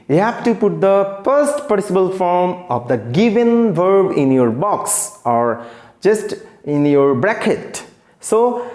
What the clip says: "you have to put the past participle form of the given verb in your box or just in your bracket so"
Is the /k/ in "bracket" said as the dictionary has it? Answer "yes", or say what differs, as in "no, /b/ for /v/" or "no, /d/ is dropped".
yes